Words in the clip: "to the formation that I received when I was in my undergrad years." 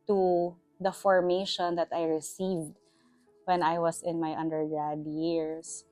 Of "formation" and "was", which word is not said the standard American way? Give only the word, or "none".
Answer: was